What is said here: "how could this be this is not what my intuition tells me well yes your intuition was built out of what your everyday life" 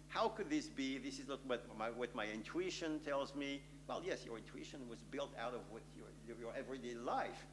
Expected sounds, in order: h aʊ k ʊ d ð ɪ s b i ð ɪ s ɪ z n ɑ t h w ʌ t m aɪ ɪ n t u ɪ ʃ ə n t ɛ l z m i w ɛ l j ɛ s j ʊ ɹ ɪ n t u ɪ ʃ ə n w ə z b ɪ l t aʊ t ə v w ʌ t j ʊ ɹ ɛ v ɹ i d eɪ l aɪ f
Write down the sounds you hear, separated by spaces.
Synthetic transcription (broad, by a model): h aʊ k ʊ d ð ɪ s b i ð ɪ s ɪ z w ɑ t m w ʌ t m aɪ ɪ n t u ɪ ʃ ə n t ɛ l z m i w ɛ l j ɛ s j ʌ ɹ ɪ n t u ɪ ʃ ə n w ə z b ɪ l t aʊ t ə v w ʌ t j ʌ ɹ ɛ v ɹ i d eɪ l aɪ f